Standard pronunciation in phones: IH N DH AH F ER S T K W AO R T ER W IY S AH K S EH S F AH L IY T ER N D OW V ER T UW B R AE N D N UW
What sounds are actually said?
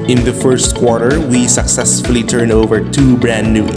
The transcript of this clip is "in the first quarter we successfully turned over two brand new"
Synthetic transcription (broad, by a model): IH N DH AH F ER S T K W AO R T ER W IY S AH K S EH S F AH L IY T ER N OW V ER T UW B R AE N N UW